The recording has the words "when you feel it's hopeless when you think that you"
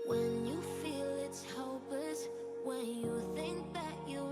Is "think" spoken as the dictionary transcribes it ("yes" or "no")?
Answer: yes